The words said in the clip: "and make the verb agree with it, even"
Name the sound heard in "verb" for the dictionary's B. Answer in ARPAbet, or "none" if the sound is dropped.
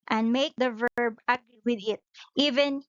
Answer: B